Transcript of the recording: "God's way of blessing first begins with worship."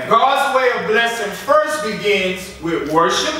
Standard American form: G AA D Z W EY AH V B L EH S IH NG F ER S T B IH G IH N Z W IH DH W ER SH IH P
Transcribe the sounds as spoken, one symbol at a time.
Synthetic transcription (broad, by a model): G AA D Z W EY AH V B L EH S IH NG F ER S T B IH G IH N Z W IH DH W ER SH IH P